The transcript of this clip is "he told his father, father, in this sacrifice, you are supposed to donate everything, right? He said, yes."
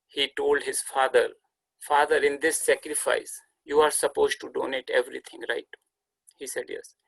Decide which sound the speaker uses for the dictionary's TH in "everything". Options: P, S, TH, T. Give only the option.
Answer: T